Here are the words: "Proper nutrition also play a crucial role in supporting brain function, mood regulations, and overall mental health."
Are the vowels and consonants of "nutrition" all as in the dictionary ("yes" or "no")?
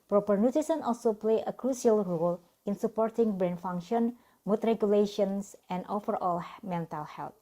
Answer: no